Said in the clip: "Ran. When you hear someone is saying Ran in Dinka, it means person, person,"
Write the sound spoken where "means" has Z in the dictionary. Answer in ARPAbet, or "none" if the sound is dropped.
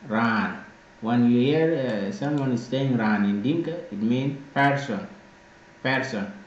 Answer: none